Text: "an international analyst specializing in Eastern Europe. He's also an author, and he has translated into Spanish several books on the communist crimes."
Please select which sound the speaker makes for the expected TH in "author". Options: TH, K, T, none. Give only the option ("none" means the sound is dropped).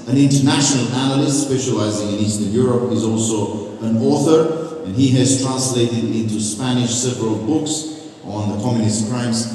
TH